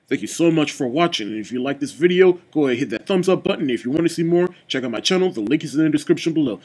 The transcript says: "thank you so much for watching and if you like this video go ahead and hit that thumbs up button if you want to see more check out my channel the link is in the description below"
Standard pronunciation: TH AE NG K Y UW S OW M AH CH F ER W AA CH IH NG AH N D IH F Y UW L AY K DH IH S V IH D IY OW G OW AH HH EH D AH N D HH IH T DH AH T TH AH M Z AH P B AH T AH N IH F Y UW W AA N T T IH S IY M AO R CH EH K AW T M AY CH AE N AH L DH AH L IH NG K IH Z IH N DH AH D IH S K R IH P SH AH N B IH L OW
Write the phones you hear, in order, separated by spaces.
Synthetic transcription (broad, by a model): TH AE NG K Y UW S OW M AH CH F ER W AA CH IH NG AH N IH F Y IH L AY K DH IH S V IH D IY OW G OW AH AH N HH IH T DH AH T TH AH M Z AH P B AH T N IH F Y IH W AA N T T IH S IY M AO R CH EH K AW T M AY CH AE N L DH AH L IH NG K IH Z IH N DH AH D IH S K R IH P SH AH N B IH L OW